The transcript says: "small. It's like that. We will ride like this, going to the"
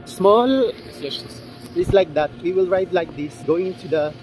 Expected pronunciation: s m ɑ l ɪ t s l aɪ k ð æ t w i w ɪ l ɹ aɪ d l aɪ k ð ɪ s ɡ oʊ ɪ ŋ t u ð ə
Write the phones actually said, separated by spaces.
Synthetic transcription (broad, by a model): s m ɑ l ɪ s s l aɪ k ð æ t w i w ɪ l ɹ aɪ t l aɪ k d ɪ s ɡ oʊ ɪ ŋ t u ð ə